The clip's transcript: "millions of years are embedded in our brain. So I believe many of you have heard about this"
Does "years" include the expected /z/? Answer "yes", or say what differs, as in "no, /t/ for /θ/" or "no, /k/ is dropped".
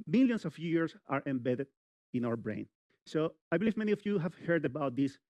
no, /s/ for /z/